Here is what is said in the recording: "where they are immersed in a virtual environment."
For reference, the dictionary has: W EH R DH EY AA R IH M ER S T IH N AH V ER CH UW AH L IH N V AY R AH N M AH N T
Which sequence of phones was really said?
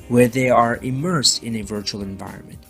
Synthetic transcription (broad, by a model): W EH R DH EY AA R IH M ER S T IH N AH V ER CH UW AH L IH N V AY R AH N M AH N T